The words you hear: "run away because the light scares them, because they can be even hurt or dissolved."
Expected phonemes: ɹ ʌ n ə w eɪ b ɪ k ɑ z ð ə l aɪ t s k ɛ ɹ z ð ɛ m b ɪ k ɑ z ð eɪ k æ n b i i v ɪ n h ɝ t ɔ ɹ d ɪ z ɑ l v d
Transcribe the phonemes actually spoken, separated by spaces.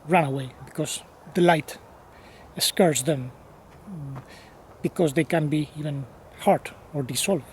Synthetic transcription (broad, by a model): ɹ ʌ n ə w eɪ b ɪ k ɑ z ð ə l aɪ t s k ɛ ɹ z ð ɛ m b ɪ k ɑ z ð eɪ k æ n b i i v ɪ n h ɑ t ɔ ɹ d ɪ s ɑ l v